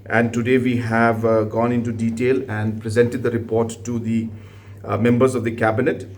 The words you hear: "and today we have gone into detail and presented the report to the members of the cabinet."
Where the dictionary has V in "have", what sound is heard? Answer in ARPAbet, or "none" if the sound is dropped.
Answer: V